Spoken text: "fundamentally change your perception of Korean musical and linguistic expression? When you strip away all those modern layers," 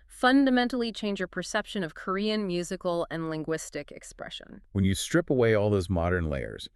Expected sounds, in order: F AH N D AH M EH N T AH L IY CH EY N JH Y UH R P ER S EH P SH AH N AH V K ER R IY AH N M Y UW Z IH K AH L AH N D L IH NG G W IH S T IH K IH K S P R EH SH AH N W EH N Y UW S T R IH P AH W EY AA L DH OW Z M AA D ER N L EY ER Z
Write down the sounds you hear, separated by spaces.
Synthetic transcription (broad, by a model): F AH N D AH M EH N T L IY CH EY N JH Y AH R P ER S EH P SH AH N AH V K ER R IY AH N M Y UW Z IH K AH L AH N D L IH NG G W IH S T IH K IH K S P R EH SH AH N W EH N Y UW S T R IH P AH W EY AA L DH OW Z M AA D ER N L EY ER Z